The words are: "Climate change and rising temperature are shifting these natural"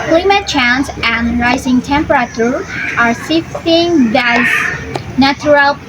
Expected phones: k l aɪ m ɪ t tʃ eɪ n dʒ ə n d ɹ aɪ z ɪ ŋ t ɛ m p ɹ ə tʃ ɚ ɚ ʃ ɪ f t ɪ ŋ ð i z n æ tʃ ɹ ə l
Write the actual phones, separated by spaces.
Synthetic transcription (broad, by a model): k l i m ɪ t tʃ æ n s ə n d ɹ aɪ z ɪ ŋ t ɛ m p ɹ ə tʃ ɚ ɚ s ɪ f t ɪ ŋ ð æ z n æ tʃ ɹ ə l